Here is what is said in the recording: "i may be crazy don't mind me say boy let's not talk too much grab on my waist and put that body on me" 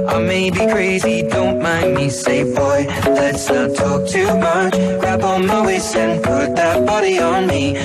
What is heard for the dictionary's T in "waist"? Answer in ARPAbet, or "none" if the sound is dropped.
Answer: none